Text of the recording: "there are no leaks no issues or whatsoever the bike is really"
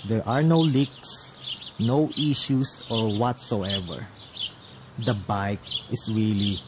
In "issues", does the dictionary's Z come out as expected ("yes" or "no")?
no